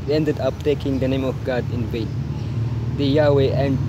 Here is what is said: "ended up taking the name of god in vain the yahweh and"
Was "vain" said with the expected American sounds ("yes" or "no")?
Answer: no